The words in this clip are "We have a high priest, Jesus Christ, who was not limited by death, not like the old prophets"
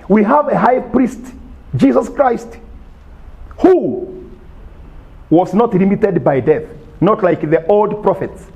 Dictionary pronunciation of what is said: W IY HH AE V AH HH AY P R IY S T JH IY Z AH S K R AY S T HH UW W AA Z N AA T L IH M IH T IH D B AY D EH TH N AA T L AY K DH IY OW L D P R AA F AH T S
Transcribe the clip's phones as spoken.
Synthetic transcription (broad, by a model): W IY HH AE V AH HH AY P R IY S T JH IY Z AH S K R AY S T HH UW W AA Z N AA T L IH M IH T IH D B AY D EH TH N AA T L AY K DH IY OW L D P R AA F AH T S